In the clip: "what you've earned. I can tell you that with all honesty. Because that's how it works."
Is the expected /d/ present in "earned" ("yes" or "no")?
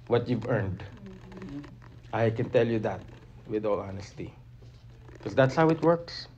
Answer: yes